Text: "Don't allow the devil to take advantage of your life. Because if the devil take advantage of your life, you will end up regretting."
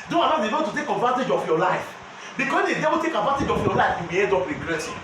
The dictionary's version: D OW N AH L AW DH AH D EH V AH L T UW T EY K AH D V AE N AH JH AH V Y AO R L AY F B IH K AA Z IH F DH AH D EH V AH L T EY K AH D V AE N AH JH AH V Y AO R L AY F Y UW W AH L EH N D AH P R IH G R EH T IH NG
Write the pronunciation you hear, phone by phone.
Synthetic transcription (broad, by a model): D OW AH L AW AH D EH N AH T UW T EY K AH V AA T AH JH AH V Y AO L AY F B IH K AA S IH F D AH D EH B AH T EY K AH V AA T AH JH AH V Y AO L AY F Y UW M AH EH D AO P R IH G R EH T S